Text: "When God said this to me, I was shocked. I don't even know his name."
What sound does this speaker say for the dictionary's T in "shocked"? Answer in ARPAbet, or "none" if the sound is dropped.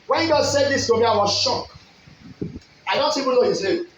none